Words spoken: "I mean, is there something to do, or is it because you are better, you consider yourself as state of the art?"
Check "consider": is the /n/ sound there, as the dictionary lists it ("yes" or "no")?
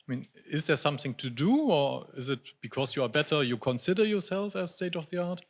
yes